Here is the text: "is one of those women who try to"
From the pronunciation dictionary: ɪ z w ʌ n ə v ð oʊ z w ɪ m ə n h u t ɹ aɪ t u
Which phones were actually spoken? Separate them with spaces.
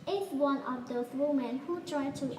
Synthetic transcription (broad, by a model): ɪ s w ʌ n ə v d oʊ s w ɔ m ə n h u t ɹ aɪ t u